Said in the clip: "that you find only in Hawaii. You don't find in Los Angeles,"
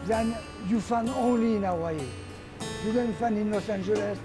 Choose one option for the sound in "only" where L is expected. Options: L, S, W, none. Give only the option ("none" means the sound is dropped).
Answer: L